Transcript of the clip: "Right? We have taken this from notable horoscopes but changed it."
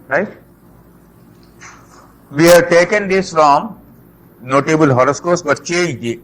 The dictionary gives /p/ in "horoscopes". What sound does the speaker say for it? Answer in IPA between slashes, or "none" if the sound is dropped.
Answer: none